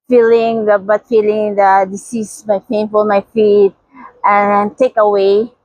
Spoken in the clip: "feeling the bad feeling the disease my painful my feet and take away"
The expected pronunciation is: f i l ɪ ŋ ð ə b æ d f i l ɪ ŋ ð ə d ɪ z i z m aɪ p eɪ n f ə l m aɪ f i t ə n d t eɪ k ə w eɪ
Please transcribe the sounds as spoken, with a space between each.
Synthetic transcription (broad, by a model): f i l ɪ ŋ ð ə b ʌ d f i l ɪ ŋ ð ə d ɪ s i s m aɪ f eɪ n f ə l m aɪ f i t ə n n t eɪ k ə w eɪ